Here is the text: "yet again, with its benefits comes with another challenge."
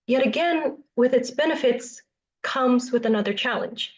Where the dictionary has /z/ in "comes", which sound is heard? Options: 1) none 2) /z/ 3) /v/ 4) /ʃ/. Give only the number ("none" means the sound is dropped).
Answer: 2